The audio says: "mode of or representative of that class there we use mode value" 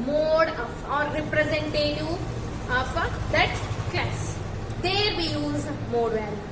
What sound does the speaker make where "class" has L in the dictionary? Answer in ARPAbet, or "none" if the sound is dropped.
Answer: none